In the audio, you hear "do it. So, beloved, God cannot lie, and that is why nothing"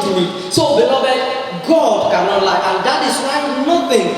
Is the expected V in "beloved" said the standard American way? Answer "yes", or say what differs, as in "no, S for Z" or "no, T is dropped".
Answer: no, B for V